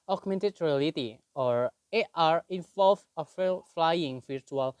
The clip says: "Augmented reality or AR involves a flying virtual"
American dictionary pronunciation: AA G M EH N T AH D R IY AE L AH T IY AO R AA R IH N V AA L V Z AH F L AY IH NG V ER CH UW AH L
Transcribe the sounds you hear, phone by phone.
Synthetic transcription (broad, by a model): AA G M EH N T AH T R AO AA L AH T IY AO R AA R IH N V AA L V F AH F L AY IH NG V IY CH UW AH L